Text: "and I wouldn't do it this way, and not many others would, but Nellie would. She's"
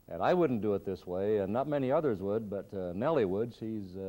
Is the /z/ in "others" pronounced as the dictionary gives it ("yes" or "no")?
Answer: yes